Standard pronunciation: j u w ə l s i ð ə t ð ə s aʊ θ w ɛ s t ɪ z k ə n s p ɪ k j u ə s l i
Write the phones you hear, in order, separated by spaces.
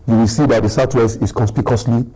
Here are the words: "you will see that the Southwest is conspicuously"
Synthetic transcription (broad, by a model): j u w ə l s i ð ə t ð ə s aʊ t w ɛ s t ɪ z k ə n s p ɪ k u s l i